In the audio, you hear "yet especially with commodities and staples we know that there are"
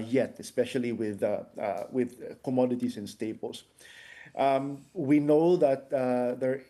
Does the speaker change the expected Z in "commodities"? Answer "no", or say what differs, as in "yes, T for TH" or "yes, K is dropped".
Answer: yes, S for Z